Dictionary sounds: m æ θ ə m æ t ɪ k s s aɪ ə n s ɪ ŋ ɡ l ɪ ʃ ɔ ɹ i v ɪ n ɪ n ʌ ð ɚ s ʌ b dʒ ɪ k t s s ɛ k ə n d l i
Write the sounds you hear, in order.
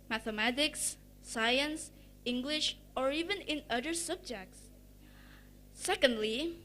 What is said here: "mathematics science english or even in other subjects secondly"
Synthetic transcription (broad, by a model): m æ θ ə m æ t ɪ k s s aɪ ə n s ɪ ŋ ɡ l ɪ ʃ ɔ ɹ i v ɪ n ɪ n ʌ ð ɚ s ʌ b dʒ ɪ k t s s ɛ k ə n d l i